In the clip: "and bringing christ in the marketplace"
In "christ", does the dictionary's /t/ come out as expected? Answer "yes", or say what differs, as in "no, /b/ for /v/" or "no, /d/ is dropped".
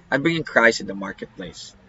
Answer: no, /t/ is dropped